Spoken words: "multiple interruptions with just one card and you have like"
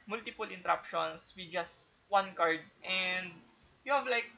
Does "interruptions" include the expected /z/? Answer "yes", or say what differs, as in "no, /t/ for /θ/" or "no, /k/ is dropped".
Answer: no, /s/ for /z/